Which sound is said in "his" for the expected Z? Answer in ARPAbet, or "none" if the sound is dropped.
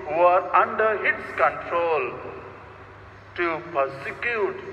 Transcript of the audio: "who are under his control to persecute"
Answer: S